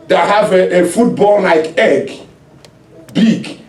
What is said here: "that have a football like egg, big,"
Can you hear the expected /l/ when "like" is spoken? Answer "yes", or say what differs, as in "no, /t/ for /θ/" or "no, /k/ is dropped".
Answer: no, /n/ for /l/